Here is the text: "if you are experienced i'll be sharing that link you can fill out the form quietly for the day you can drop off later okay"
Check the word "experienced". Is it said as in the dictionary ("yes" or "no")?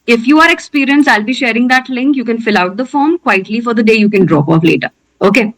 no